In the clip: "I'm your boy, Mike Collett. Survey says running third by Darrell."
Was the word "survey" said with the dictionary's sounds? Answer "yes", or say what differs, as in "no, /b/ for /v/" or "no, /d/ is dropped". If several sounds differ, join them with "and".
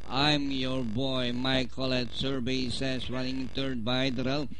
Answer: no, /b/ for /v/